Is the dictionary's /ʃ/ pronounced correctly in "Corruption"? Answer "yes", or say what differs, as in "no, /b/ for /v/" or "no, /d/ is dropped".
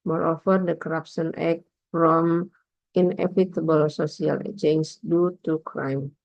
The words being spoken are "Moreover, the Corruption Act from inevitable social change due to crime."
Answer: no, /s/ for /ʃ/